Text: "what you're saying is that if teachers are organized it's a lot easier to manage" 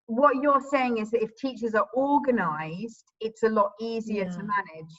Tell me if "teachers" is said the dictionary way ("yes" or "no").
yes